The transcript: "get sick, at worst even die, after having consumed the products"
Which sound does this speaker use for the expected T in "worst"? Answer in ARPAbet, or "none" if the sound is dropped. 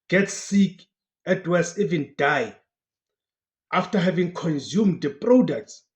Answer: none